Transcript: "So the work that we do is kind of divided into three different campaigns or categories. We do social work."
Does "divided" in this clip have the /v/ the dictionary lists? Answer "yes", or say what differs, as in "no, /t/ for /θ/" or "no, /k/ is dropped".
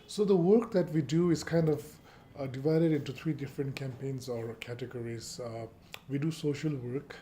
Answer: yes